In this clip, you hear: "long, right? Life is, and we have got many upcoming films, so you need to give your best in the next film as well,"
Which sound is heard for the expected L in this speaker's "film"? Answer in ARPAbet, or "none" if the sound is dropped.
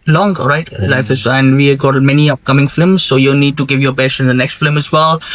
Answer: none